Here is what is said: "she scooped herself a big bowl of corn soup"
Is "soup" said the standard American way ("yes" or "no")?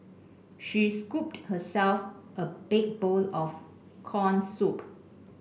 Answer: yes